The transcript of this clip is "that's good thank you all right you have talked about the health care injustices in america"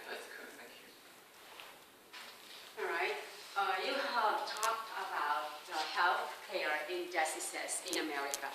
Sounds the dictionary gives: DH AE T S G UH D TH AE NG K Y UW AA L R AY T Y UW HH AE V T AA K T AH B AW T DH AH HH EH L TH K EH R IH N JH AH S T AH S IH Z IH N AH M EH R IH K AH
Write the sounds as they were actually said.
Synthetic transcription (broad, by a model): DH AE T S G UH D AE K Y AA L R AY T Y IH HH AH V T AA K T AH B AW T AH HH EH L TH K EH R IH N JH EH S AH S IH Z IH N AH M EH R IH K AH